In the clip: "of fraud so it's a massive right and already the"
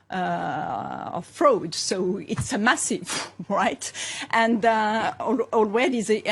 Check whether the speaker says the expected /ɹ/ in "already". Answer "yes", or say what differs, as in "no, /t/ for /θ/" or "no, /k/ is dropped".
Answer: no, /w/ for /ɹ/